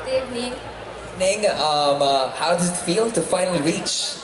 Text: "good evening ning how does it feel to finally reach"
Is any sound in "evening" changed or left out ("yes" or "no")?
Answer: yes